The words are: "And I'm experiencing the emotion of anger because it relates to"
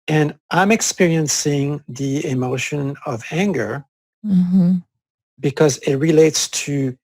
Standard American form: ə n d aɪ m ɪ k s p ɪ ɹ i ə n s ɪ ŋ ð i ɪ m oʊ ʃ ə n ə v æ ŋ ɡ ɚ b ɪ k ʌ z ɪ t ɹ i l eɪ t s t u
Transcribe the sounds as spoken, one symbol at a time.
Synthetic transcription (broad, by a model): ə n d aɪ m ɪ k s p ɪ ɹ i ə n s ɪ ŋ ð i ɪ m oʊ ʃ ə n ə v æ ŋ ɡ ɚ b ɪ k ʌ z ɪ t ɹ i l eɪ t s t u